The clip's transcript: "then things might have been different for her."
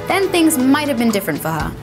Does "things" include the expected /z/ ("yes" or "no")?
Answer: yes